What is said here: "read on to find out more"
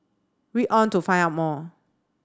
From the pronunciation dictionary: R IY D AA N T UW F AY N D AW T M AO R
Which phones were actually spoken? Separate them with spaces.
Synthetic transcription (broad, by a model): W IY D AA N T UW F AY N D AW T M AO